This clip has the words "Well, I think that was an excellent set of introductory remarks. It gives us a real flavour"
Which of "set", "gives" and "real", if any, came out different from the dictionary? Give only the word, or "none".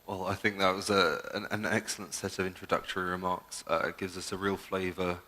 none